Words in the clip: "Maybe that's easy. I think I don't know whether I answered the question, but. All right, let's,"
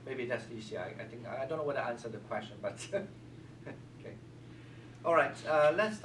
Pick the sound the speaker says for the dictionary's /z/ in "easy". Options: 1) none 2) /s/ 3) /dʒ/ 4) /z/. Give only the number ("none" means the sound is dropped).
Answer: 2